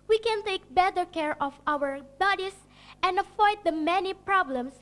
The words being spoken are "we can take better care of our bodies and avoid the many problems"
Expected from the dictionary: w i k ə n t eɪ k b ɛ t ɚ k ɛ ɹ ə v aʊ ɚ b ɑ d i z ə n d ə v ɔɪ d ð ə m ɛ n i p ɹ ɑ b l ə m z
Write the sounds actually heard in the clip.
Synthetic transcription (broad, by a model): w i k ə n t eɪ k b ɛ t ɚ k ɛ ɹ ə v aʊ ɚ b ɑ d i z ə n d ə f ɔɪ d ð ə m ɛ n i p ɹ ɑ b l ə m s